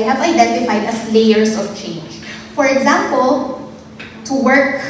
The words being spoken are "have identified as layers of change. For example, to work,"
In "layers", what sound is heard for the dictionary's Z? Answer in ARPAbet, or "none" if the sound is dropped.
S